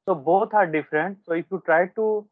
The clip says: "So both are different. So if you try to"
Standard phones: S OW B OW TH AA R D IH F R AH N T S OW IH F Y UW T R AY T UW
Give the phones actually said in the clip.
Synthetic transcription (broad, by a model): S OW B OW T AA R D IH F R AH N T S OW IH F Y UW T R AY T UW